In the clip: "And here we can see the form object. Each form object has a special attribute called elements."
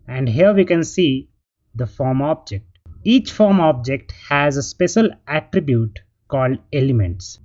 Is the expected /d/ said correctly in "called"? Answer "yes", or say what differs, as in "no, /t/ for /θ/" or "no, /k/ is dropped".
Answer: yes